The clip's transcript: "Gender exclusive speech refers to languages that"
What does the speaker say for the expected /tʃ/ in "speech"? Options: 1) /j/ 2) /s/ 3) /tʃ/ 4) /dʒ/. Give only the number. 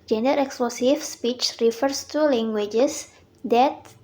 3